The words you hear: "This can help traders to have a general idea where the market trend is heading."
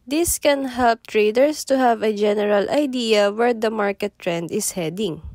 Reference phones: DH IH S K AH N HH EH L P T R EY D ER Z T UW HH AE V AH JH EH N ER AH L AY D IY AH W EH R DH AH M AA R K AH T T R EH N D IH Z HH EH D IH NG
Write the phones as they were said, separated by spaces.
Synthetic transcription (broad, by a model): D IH S K AH N HH EH L P T R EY D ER S T UW HH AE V AH JH EH N ER AH L AY D IY AH W EH R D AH M AA R K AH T T R EH N D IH S HH EH D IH NG